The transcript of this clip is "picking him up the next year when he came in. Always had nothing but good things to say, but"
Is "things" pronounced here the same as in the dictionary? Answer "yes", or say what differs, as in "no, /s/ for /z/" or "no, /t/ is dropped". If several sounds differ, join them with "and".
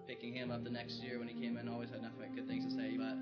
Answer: yes